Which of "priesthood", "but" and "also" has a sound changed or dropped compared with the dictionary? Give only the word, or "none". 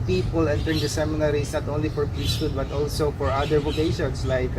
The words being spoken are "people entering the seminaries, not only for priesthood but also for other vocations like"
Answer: priesthood